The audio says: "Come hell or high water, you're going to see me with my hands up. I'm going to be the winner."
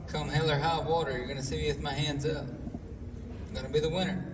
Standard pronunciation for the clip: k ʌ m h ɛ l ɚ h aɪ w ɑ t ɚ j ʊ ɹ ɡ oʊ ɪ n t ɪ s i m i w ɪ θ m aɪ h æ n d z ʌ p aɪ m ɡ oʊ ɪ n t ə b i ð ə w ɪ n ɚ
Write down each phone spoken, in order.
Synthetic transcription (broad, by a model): k ʌ m h ɛ l ɚ h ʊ w ɑ t ɚ j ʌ ɹ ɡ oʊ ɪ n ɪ s i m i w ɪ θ m aɪ h æ n d z ʌ p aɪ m ɡ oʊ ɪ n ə b i ð ə w ɪ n ɚ